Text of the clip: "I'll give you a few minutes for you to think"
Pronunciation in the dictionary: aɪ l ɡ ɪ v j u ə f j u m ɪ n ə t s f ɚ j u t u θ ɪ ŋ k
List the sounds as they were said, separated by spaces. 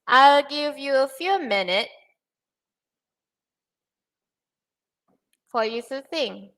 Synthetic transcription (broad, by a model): aɪ l ɡ ɪ v j u ə f j u m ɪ n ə t f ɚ j u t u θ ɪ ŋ